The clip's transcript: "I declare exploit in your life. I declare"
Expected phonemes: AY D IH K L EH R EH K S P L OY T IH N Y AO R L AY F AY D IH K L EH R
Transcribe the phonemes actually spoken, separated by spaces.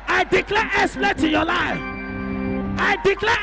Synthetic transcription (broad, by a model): AY D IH K L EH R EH S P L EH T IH Y AO L AY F AY D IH K L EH